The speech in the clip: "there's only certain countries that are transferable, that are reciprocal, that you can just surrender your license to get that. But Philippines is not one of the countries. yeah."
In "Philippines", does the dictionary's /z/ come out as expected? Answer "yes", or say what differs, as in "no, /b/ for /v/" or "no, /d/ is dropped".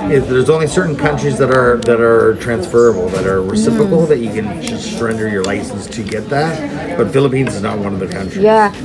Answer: yes